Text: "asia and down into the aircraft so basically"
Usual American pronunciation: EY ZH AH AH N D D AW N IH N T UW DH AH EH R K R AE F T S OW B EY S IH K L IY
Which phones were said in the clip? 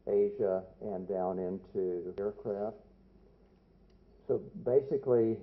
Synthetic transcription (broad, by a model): EY ZH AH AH N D D AW N IH N T UW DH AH EH R K R AE F T S OW B EY S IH K L IY